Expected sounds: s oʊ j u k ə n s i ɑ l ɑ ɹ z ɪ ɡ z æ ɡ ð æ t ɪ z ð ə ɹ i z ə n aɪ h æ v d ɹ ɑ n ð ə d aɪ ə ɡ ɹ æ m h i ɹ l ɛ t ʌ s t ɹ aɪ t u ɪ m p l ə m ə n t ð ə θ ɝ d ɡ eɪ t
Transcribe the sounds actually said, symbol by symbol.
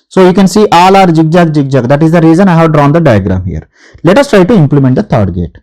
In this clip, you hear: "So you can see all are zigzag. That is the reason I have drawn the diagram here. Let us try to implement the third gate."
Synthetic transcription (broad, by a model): s oʊ j u k ə n s i ɑ l ɑ ɹ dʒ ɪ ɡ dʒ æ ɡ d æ t ɪ z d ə ɹ i z ə n aɪ h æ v d ɹ ɑ n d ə d aɪ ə ɡ ɹ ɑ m h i ɹ l ɛ t ʌ s t ɹ aɪ t u ɪ m p l ə m ə n t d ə t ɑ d ɡ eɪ t